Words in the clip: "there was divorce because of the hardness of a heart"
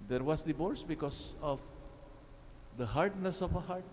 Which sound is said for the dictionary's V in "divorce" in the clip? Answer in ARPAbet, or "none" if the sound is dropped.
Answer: B